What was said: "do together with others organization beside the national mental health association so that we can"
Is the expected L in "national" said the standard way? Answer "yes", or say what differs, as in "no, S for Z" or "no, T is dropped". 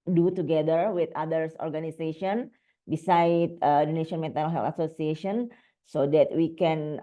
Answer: no, N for L